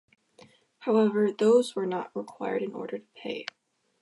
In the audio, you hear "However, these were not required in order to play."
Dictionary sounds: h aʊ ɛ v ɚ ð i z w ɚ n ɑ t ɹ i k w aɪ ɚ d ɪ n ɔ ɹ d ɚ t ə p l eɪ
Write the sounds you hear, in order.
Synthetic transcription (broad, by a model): h aʊ ɛ v ɚ ð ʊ z w ɚ n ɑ t ɹ i k w aɪ ɚ d ɪ n ɔ ɹ d ɚ t ə p eɪ